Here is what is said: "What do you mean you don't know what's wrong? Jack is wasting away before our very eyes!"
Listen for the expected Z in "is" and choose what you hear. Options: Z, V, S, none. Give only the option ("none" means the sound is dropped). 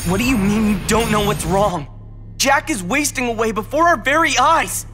Z